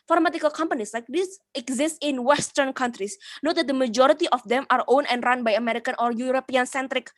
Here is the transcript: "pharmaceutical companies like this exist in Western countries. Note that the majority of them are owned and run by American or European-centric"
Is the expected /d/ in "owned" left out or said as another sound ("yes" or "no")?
yes